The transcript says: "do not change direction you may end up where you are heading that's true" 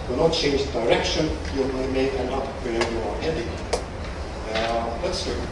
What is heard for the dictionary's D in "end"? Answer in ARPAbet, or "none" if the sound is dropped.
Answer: none